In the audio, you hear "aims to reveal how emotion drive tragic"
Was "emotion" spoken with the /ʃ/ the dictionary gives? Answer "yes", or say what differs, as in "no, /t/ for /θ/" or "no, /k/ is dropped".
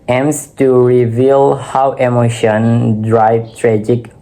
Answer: yes